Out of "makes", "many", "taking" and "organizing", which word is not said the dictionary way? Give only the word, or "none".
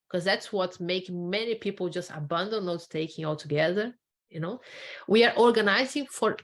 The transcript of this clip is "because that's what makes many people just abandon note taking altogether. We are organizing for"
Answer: makes